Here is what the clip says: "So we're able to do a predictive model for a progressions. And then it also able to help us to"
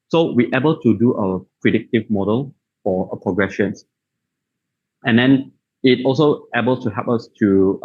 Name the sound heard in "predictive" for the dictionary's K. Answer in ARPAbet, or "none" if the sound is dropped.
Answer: K